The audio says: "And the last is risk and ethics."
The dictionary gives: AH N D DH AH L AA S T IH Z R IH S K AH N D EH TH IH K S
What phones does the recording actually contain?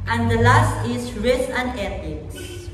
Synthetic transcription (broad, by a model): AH N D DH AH L AA S T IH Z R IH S AH N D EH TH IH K S